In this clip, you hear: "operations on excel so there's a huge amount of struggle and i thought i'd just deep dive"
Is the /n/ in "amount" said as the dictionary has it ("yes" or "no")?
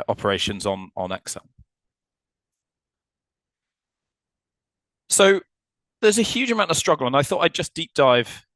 no